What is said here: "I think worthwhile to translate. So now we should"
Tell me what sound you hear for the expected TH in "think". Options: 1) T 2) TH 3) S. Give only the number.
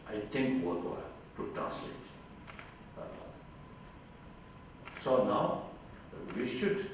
1